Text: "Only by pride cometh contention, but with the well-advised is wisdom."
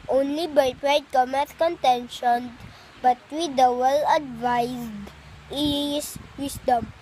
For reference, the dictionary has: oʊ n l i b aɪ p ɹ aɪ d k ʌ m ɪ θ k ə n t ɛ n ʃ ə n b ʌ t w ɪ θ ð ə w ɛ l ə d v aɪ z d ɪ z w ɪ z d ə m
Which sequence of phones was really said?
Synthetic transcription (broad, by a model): oʊ n l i b aɪ p ɹ aɪ d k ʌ m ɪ t k ə n t ɛ n ʃ ə n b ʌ t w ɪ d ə w ɛ l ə d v aɪ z d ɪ s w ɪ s d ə m